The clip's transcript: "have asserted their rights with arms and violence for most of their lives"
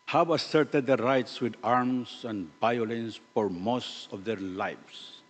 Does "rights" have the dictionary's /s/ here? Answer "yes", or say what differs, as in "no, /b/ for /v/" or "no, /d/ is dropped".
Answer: yes